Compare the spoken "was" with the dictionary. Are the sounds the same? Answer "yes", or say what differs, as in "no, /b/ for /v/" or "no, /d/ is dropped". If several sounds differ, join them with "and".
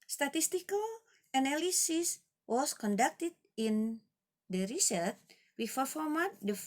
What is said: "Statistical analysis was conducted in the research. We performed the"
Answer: no, /s/ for /z/